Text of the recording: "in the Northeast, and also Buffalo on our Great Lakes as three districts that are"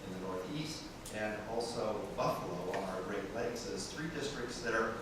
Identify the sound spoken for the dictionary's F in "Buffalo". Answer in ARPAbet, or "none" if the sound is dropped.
F